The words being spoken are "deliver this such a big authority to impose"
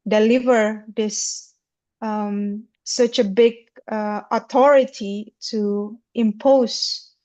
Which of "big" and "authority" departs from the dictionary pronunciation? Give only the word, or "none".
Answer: authority